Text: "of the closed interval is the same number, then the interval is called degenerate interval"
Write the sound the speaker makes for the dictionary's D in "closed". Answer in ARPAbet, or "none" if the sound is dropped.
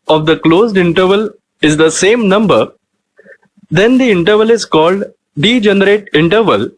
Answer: D